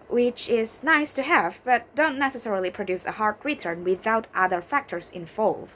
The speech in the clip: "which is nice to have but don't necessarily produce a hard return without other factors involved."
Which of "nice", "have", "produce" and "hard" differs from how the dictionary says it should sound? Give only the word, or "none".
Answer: none